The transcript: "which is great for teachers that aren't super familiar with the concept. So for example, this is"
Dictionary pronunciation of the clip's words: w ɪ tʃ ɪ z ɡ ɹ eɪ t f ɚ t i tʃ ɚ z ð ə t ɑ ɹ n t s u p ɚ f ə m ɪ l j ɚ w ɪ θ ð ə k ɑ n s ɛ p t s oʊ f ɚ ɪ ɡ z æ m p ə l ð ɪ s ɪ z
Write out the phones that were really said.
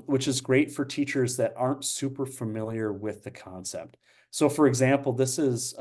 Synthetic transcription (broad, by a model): w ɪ tʃ ɪ z ɡ ɹ eɪ t f ɚ t i tʃ ɚ z ð ə t ɑ ɹ n t s u p ɚ f ə m ɪ l j ɚ w ɪ ð ə k ɑ n s ɛ p t s oʊ f ɚ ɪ ɡ z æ m p l ð ɪ s ɪ z